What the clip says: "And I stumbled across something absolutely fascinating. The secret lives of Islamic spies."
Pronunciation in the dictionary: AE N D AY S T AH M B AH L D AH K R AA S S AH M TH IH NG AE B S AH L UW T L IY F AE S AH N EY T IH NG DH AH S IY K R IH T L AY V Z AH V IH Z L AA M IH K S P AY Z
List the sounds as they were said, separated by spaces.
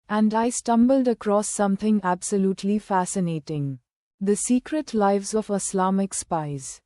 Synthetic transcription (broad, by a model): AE N D AY S T AH M B AH L D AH K R AA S S AH M T IH NG AE B S AH L UW T L IY F AE S AH N EY T IH NG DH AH S IY K R IH T L AY V Z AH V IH S L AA M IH K S P AY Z